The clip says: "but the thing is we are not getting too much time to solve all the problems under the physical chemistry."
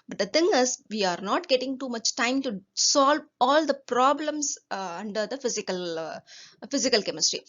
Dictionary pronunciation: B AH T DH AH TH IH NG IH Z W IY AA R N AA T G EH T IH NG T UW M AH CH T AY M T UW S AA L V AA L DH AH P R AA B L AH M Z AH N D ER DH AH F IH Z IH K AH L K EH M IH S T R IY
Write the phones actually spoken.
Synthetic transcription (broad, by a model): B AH T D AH T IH NG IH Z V IY AA R N AA T G EH T IH NG T UW M AH CH T AY M T UW S AA L V AA L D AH P R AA B L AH M S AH N D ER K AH F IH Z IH K AH L K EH M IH S T R IY